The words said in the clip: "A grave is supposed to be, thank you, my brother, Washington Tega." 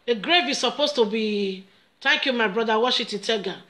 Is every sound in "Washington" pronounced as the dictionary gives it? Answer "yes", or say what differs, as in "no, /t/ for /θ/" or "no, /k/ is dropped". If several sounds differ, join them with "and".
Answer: no, /ŋ/ is dropped